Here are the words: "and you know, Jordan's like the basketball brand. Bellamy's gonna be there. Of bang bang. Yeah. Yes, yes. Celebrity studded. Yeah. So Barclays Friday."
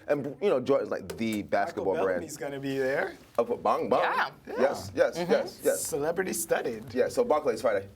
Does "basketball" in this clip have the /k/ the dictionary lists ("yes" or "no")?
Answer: yes